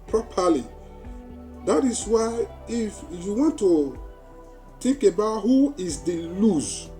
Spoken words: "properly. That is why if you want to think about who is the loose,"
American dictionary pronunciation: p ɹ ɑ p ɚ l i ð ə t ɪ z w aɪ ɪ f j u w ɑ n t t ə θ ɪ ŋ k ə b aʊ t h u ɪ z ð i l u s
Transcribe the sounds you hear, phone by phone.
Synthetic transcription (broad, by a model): p ɹ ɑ p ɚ l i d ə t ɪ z w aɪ ɪ f j u w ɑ n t t ə t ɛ k ə b aʊ t h u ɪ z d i l u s